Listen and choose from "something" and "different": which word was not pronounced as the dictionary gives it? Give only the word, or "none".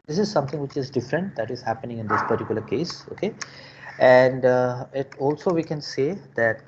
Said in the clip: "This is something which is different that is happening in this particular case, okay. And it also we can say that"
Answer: something